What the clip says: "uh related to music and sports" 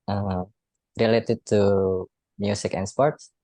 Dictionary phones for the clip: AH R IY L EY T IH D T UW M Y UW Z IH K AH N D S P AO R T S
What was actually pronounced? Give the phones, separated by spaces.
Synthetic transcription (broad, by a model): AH R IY L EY T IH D T UW M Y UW S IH K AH N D S P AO R T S